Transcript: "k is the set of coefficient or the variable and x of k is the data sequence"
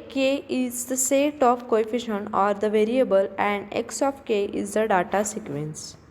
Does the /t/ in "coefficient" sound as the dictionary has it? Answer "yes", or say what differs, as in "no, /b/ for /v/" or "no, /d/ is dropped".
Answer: no, /t/ is dropped